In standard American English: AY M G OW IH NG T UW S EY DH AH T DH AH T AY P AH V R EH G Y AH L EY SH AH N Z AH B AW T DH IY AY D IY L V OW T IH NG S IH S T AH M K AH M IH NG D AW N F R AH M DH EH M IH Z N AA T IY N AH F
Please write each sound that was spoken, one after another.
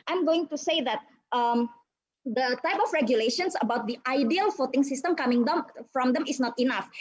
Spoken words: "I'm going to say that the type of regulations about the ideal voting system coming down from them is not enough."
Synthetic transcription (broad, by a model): AY M G OW IH NG T UW S EY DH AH T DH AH T AY P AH F R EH G Y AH L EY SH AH N S AH B AW T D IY AY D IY L F OW T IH NG S IH S T AH M K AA M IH NG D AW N F R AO M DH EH M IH S N AA T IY N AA F